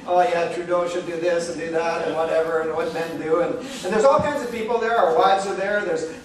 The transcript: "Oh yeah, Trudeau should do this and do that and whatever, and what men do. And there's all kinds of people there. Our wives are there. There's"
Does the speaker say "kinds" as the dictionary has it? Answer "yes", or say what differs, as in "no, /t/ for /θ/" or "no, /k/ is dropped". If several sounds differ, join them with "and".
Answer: yes